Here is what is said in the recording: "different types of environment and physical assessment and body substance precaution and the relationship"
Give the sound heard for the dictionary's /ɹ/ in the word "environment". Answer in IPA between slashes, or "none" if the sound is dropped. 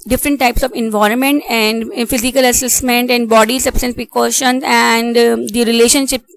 /ɹ/